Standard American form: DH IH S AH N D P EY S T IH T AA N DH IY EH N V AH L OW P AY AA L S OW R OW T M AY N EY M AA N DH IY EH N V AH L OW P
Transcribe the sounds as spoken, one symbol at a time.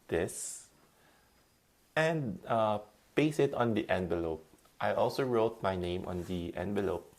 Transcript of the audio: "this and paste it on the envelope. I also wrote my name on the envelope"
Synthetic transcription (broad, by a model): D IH S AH N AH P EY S IH T AA N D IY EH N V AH L OW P AY AA L S OW R OW T M AY N EY M AA N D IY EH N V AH L OW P